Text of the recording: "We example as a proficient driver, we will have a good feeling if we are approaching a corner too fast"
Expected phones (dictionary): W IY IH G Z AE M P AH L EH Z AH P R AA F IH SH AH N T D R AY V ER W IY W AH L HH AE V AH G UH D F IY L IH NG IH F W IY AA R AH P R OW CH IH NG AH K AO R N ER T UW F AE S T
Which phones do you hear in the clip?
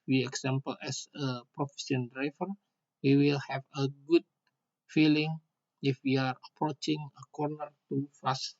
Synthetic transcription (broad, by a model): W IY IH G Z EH M P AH L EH S AH P R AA F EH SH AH N D R AY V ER W IY W AH L HH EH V AH G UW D F IY L IH NG IH F W IY AA R AH P R OW CH IH NG AH K AO R N ER T UW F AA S